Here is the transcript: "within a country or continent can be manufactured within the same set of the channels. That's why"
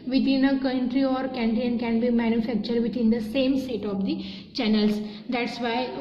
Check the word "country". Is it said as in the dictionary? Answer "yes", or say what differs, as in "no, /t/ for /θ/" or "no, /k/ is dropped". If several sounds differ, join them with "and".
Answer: yes